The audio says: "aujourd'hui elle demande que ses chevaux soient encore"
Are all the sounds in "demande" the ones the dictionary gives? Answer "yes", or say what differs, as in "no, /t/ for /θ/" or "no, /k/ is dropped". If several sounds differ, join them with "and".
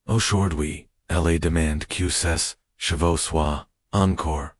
yes